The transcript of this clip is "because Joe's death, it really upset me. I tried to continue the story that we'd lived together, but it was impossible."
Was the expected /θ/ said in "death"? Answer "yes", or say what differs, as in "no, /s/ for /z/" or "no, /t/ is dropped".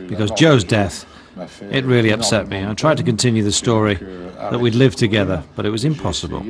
yes